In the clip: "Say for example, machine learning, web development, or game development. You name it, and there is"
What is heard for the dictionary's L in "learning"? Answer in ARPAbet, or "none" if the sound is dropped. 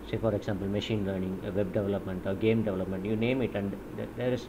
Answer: L